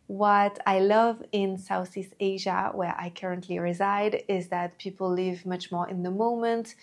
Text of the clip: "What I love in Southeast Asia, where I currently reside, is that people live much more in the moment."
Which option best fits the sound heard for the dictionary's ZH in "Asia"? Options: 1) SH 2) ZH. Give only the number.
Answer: 2